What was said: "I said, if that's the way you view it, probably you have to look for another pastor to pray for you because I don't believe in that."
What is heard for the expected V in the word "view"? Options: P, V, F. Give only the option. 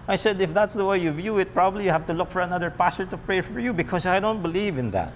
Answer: V